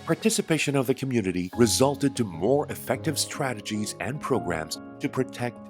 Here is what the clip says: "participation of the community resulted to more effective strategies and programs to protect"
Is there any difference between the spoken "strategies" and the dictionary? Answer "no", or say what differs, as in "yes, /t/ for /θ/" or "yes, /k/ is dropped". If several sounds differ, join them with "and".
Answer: no